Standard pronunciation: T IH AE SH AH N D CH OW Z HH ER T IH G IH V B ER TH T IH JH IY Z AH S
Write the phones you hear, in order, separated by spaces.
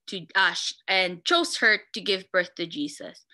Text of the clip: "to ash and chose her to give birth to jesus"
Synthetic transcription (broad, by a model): T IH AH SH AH N CH OW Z HH ER T IH G IH V B ER TH T IH JH IY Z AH S